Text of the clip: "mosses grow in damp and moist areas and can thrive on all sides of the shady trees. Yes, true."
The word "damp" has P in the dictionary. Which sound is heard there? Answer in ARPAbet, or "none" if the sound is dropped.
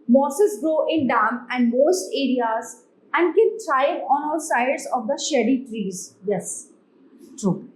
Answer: none